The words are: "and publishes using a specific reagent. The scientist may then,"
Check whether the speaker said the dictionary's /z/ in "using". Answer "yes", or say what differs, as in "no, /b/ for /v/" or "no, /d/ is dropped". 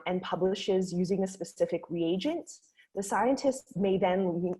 yes